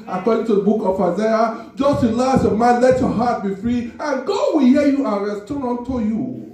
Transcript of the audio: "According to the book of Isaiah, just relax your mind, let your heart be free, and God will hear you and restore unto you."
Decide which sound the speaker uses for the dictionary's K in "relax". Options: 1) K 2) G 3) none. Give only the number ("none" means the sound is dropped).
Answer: 3